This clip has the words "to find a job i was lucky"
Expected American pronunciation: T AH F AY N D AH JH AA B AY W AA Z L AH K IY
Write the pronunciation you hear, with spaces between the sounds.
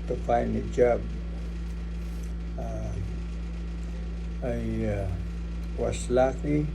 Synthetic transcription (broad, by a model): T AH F AY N AH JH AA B AY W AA S L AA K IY